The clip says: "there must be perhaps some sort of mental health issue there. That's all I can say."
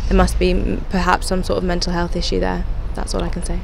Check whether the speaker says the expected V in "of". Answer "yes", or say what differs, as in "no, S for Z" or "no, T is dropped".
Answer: yes